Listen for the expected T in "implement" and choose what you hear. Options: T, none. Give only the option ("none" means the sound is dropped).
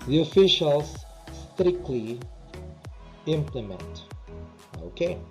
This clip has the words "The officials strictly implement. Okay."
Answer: T